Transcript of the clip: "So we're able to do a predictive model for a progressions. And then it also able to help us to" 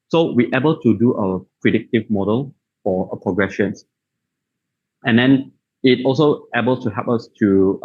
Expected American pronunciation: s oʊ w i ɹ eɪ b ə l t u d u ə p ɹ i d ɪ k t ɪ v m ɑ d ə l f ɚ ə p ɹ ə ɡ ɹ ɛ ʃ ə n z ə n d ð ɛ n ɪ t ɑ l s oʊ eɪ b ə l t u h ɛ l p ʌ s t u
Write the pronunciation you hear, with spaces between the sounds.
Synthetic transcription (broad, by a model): s oʊ w i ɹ eɪ b ə l t u d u ə p ɹ i d ɪ k t ɪ v m ɑ d ə l f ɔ ə p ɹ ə ɡ ɹ ɛ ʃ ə n s ə n d ɛ n ɪ t ɑ l s oʊ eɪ b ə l t u h ɛ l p ʌ s t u